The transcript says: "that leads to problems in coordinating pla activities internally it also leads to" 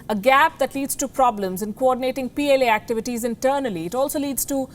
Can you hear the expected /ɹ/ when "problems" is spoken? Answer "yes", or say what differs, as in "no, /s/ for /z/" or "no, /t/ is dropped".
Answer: yes